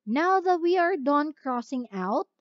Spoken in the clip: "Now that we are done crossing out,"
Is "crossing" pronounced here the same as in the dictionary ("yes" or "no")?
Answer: yes